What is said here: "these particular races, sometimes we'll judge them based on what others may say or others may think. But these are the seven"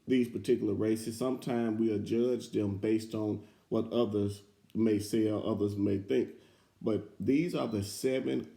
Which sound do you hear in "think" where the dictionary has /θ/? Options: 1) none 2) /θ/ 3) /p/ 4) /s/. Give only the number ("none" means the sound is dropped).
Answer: 2